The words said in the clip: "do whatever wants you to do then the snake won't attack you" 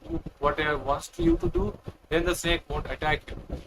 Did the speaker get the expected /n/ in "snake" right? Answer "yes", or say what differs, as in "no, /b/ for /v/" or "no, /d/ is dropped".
no, /n/ is dropped